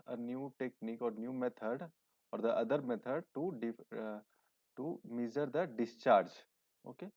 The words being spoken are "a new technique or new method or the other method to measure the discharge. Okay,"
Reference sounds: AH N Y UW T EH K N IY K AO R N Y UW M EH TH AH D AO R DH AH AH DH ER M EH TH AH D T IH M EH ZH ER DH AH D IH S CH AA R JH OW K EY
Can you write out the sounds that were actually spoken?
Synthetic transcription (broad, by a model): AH N Y UW T EH K N IY K AO R N Y UW M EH T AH D AO R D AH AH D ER M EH T AH D T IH M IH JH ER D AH D IH S CH AA R JH OW K EY